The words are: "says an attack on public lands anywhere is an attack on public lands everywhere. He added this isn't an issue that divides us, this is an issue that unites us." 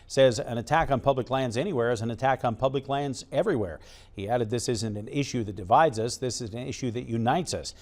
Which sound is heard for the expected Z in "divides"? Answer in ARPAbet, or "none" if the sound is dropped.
Z